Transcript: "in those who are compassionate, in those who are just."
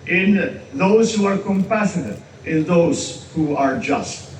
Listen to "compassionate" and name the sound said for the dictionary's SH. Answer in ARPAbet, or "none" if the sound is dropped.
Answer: S